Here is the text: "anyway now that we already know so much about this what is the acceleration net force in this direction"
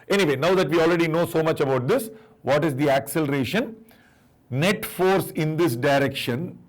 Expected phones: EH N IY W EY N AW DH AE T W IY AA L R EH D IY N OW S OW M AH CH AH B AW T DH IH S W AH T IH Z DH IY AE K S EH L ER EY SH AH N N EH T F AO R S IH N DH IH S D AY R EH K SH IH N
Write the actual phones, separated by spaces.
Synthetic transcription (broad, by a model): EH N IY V EY N AW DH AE T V IY AA L R EH D IY N OW S OW M AH CH AH B AW T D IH S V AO T IH Z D IY AE K S EH L ER EY SH AH N N EH T F AO R S IH N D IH S D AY R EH K SH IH N